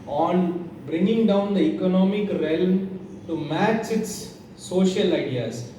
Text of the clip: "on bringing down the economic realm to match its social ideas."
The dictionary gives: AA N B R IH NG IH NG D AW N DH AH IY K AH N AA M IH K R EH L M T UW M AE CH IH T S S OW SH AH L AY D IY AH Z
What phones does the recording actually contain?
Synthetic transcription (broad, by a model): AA N B R IH NG IH NG D AW N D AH IY K AH N AA M IH K R EH L M T UW M AE CH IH T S S OW SH AH L AY D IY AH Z